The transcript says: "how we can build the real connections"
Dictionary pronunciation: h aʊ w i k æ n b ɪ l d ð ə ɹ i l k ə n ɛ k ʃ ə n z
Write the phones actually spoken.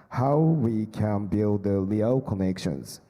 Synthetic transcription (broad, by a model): h aʊ w i k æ n b ɪ l d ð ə l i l k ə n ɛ k ʃ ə n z